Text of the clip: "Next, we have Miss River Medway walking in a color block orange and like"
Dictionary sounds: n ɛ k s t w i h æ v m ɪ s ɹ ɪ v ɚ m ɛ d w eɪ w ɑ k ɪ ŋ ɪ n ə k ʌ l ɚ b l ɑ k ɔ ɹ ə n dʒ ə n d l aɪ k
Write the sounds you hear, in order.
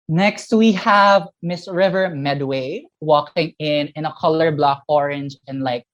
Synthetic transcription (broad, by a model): n ɛ k s t w i h æ v m ɪ s ɹ ɪ v ɚ m ɛ d w eɪ w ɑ k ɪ ŋ ɪ n ə k ʌ l ɚ b l ɑ k ɔ ɹ ə n dʒ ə n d l aɪ k